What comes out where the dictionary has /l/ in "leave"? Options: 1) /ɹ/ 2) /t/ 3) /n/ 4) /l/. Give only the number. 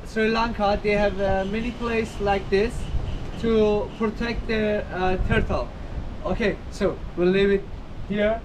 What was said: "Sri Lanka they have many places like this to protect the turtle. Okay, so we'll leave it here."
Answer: 3